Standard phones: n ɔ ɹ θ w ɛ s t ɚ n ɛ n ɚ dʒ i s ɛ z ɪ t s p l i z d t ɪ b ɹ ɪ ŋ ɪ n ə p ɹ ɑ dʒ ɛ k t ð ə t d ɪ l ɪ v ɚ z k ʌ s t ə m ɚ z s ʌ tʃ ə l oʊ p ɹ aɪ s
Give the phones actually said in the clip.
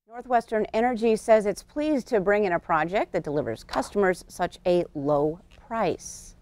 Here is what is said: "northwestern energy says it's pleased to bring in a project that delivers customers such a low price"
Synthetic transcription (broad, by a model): n ɔ ɹ θ w ɛ s t ɚ n ɛ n ɚ dʒ i s ɛ z ɪ t s p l i z t ɪ b ɹ ɪ ŋ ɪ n ə p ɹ ɑ dʒ ɛ k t ð ə t d ɪ l ɪ v ɚ z k ʌ s t ə m ɚ z s ʌ tʃ ə l oʊ p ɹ aɪ s